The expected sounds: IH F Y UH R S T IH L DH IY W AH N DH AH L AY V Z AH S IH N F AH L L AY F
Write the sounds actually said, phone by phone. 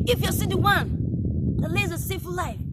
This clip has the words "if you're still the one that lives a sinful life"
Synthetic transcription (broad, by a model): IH F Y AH S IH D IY W AH N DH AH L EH Z AH S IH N F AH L L AY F